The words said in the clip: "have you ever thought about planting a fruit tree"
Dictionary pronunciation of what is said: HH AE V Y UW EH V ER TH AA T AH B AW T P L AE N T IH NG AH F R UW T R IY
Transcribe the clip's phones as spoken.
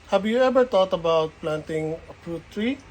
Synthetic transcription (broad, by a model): HH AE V Y UW EH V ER T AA T AH B AW T P L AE N T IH NG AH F R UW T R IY